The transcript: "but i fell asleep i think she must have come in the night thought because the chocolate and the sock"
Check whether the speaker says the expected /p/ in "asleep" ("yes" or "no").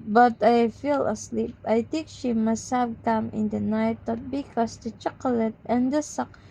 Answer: yes